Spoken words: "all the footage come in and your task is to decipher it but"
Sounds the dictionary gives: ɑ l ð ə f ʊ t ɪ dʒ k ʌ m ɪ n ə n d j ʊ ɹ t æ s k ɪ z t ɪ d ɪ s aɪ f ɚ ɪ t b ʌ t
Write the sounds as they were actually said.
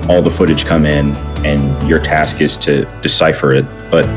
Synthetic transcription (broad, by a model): ɑ l ð ə f ʊ t ɪ dʒ k ʌ m ɪ n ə n j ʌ ɹ t æ s k ɪ z t ɪ d ɪ s aɪ f ɚ ɪ t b ʌ t